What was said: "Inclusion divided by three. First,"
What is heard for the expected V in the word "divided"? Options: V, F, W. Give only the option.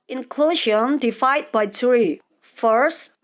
F